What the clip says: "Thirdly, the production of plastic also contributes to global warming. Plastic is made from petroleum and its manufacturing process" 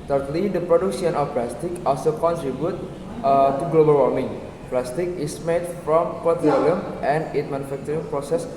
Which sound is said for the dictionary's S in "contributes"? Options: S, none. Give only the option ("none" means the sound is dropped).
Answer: none